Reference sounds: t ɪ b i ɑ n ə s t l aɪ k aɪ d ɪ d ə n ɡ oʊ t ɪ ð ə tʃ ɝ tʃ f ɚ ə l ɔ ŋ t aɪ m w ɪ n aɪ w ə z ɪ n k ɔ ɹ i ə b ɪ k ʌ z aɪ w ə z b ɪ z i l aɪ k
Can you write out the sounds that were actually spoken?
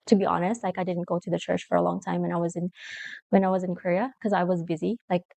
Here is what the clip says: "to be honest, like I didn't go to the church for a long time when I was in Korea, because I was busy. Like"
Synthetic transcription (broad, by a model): t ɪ b i ɑ n ə s t l aɪ k aɪ d ɪ d n ɡ oʊ t ɪ ð ə tʃ ɝ tʃ f ɚ ə l ɔ ŋ t aɪ m w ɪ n aɪ w ə z ɪ n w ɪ w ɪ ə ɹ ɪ k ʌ z aɪ w ə z b ɪ z i l aɪ k